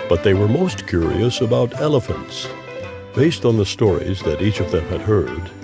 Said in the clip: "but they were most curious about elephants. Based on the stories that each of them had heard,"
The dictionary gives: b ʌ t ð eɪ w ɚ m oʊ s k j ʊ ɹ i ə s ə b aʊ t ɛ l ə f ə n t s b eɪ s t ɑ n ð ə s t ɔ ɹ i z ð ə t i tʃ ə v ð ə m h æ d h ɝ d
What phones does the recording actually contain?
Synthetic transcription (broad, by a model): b ʌ t ð eɪ w ɚ m oʊ s k j ʊ ɹ i ə s ə b aʊ t ɛ l ə f ə n t s b eɪ s t n ð ə s t ɔ ɹ i z ð ə t i tʃ ə v ð ə m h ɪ d h ɝ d